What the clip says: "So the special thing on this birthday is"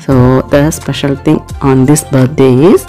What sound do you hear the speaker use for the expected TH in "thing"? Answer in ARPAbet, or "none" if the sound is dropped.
T